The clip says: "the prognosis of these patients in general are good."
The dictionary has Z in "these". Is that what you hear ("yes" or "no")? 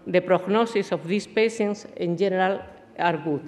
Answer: no